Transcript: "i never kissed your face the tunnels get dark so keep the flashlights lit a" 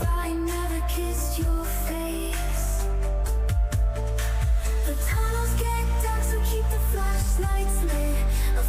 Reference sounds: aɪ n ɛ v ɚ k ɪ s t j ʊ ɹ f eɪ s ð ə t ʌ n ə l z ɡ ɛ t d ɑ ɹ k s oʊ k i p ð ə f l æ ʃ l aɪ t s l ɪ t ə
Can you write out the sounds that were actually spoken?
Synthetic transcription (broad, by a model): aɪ n ɛ v ɚ k ɪ s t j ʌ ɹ f eɪ s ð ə t ʌ n ə l z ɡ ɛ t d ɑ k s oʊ k i p ð ə f l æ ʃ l aɪ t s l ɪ ə